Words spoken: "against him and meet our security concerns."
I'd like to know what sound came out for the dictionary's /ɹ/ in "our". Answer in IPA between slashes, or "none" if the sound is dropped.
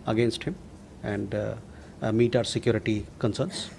/ɹ/